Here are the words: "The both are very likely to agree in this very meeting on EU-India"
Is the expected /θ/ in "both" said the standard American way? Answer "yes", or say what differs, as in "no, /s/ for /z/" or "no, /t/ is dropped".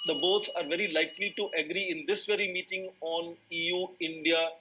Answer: no, /s/ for /θ/